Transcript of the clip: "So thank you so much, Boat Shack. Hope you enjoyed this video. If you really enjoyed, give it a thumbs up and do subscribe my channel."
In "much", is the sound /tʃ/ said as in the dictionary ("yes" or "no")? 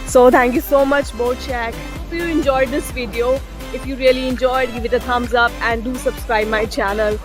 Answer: yes